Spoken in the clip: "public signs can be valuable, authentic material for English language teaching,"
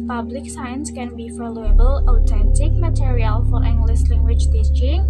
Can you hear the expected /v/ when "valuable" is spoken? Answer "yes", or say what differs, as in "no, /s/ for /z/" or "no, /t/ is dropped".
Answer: no, /f/ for /v/